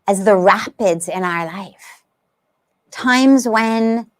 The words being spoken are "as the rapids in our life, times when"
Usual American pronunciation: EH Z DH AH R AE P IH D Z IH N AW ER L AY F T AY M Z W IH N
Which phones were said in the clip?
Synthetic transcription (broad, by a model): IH Z DH AH R AE P IH D Z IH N AW ER L AY F T AY M Z W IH N